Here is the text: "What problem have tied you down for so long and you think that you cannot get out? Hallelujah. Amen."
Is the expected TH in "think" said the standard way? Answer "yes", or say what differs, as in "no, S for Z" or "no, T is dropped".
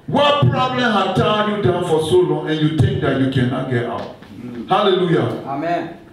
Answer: no, T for TH